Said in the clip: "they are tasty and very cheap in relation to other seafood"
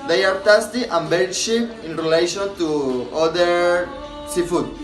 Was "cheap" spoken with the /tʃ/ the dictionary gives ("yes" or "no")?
no